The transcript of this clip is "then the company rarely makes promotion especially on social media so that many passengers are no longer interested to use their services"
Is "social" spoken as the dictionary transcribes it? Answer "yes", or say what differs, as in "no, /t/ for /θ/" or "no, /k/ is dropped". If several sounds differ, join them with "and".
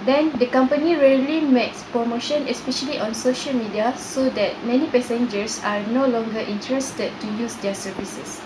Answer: yes